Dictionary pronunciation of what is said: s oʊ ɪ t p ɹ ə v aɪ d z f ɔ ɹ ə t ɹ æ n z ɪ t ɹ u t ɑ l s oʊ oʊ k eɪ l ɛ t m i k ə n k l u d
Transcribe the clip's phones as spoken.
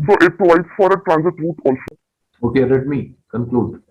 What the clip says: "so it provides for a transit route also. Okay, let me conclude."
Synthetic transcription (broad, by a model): s oʊ ɪ t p l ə ɪ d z f ɔ ɹ ə t ɹ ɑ n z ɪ t ɹ u t ɑ l s oʊ oʊ k eɪ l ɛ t m i k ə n k l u d